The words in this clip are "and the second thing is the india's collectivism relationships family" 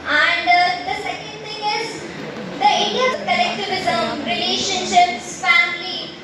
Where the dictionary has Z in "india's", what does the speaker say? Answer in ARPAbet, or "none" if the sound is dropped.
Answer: none